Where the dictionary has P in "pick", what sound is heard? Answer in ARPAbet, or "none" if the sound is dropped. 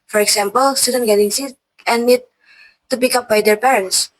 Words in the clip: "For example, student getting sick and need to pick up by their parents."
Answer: B